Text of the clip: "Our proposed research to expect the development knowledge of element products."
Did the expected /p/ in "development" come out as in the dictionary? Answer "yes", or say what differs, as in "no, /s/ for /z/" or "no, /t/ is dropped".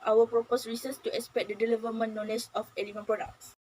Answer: no, /p/ is dropped